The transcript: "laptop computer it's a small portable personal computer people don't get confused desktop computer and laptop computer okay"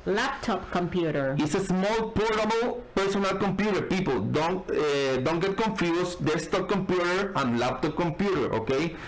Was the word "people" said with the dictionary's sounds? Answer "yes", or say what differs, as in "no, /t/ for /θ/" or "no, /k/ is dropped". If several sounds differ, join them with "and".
no, /n/ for /l/